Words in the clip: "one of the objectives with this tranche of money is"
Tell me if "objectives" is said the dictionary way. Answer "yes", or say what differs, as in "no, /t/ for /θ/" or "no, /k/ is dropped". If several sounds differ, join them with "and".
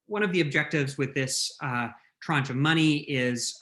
yes